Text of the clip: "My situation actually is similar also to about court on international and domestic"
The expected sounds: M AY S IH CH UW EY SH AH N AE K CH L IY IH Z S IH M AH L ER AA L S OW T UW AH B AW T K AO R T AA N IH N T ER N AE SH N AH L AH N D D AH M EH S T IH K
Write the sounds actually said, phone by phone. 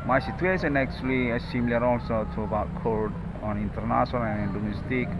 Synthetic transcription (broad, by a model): M AY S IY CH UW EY S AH N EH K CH L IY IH S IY M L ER AA L S OW T UW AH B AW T K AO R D AA N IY N T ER N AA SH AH N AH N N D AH M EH S T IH K